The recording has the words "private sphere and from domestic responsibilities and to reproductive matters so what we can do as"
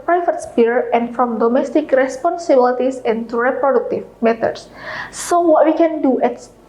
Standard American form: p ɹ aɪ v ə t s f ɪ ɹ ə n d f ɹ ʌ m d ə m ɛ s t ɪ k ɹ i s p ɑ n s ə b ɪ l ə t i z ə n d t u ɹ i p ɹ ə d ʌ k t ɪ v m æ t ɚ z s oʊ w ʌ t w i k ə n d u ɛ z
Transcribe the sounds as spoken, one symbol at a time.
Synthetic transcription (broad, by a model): p ɹ aɪ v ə t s p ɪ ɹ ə n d f ɹ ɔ m d ə m ɛ s t ɪ k ɹ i s p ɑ n s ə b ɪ l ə t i s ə n t u ɹ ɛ p ɹ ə d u k t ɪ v m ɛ t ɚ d s oʊ w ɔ t w i k ə n d u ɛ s